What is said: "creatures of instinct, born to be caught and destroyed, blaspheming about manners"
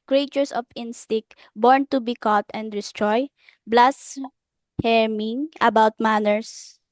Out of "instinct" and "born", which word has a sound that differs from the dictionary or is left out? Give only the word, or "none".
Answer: instinct